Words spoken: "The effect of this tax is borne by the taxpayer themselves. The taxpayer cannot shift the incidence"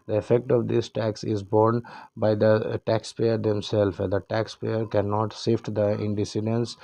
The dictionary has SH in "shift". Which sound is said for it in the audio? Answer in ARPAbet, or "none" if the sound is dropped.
S